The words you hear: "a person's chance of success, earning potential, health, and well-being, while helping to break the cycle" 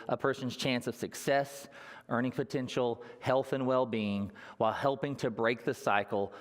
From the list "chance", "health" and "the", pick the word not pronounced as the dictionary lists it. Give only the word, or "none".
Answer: none